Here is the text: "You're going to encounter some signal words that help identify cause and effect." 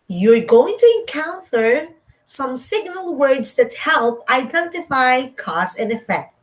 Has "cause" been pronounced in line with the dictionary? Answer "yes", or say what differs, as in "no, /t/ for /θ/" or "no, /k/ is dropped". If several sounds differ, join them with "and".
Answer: no, /s/ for /z/